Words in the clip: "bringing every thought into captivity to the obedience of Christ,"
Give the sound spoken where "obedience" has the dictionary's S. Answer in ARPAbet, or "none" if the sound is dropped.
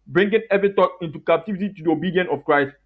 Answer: none